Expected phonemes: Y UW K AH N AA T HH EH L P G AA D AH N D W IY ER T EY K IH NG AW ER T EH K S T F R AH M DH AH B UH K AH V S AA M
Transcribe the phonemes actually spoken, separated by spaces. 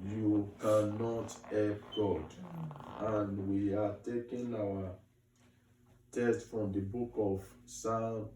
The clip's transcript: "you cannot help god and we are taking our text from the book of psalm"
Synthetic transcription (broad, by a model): Y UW K AH N AA T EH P G AA D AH N W IY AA T EY K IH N AW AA T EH S T F R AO M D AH B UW K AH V S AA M